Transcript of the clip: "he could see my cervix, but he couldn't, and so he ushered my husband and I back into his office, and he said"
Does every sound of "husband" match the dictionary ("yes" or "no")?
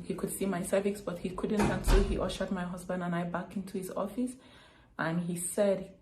yes